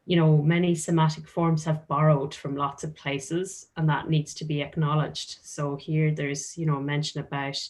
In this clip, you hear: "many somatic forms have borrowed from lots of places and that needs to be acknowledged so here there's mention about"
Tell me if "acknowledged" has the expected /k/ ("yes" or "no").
yes